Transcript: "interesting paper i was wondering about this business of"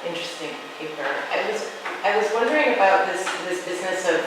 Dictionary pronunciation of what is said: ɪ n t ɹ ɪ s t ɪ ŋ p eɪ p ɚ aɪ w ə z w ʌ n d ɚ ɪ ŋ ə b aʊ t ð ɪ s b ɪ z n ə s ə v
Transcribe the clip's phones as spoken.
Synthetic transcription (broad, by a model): ɪ n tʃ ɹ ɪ s t ɪ ŋ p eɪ p ɚ aɪ w ə z w ʌ n d ɚ ɪ ŋ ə b aʊ t ð ɪ s b ɪ z n ə s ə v